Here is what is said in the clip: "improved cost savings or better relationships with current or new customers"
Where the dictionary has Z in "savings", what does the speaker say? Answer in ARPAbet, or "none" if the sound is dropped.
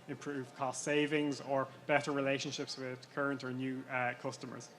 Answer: Z